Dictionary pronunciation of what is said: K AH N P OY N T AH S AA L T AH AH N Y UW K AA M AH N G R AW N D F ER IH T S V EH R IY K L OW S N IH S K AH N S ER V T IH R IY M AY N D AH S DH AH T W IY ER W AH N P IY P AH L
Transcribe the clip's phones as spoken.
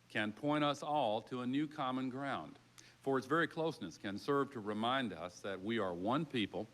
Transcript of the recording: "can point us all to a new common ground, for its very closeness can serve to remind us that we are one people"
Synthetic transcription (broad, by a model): K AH N P OY T AH S AA L T AH AH N Y UW K AA M AH N G R AW N D F ER IH T S V EH R IY K L OW S N IH S K AH N S ER V T IH R IY M AY N D AH S DH AH T W IY ER W AH N P IY P L